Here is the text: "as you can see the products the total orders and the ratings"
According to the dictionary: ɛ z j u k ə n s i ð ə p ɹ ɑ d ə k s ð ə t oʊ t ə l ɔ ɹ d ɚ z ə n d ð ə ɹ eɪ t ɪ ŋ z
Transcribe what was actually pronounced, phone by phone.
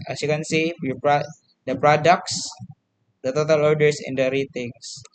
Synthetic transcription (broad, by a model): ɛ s j u k ə n s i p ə p ɹ ɑ d ə k s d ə t oʊ t ə l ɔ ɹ d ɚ s ə n d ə ɹ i t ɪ ŋ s